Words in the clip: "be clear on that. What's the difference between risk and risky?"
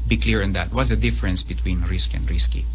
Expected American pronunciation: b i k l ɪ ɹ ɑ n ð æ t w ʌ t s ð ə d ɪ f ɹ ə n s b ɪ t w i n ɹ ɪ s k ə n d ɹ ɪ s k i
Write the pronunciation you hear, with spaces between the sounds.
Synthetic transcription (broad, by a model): b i k l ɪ ɹ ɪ n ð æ t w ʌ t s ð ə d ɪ f ɹ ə n s b ɪ t w i n ɹ ɪ s k ə n d ɹ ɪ s k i